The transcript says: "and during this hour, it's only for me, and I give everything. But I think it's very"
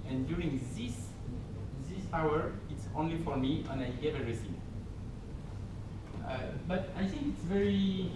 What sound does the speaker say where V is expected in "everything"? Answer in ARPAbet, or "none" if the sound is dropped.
none